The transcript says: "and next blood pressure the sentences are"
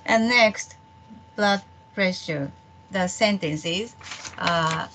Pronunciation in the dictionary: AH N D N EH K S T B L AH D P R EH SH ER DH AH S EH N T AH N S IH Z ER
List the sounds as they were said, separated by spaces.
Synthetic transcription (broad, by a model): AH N N EH K S T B L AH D P R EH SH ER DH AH S EH N T AH N S IH Z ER